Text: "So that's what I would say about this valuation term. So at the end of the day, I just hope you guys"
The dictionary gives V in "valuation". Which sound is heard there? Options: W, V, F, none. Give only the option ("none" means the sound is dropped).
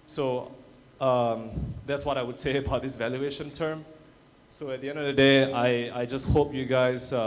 V